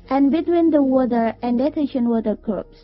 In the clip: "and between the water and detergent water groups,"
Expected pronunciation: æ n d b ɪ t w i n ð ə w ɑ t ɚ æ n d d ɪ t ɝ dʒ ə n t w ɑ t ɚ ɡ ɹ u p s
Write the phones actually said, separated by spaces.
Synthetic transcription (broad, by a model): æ n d b ɪ t w i n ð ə w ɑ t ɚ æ n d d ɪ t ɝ ʃ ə n w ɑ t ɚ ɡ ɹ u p s